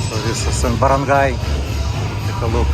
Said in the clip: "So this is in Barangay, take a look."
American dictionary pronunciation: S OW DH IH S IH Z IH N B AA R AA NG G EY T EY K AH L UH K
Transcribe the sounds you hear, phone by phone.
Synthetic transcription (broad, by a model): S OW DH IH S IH S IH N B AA R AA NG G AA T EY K AH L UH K